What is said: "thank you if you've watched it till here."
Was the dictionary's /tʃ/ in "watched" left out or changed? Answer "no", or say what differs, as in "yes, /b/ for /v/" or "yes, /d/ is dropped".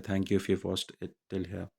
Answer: yes, /s/ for /tʃ/